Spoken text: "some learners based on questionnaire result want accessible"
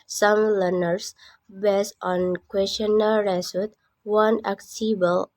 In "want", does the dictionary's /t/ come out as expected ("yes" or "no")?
no